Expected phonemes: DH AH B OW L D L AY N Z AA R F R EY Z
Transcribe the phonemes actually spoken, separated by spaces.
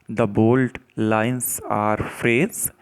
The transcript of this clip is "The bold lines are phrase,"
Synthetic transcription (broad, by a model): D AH B OW L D L AY N S AA R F R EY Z